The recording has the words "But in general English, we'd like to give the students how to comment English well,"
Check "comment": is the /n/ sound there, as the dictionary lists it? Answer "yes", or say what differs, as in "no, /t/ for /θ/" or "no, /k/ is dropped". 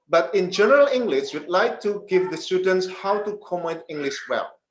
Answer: no, /n/ is dropped